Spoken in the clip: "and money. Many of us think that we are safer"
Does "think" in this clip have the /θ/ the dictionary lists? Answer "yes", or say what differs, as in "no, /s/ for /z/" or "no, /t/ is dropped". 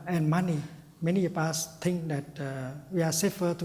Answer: no, /t/ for /θ/